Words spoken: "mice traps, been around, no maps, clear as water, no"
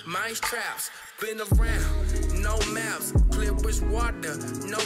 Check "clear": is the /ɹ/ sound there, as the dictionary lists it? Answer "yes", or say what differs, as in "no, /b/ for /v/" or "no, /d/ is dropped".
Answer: no, /w/ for /ɹ/